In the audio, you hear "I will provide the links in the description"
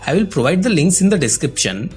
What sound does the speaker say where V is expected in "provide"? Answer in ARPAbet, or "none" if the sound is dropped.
V